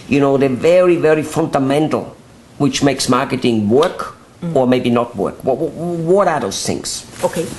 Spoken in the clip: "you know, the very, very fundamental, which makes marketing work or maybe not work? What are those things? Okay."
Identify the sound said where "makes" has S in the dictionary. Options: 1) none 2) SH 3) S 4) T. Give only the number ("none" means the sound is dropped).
3